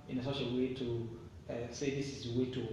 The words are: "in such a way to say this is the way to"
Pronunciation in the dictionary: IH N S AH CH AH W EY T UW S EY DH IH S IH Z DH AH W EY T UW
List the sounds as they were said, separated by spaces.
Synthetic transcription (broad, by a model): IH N S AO SH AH W EY T UW S EY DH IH S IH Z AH W EY T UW